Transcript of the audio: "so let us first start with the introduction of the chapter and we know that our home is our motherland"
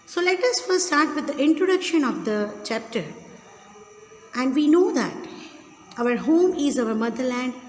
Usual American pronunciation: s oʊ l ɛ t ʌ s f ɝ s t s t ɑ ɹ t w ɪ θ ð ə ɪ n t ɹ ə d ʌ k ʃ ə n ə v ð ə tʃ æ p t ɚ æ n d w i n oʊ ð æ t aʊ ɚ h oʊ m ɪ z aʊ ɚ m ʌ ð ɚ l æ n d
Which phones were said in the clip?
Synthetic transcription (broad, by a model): s oʊ l ɛ t ʌ s f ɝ t s t ɑ ɹ t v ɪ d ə ɪ n t ɹ ə d ʌ k ʃ ə n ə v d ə tʃ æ p t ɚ æ n d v i n oʊ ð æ t aʊ ɚ h oʊ m ɪ z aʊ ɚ m ʌ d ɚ l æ n d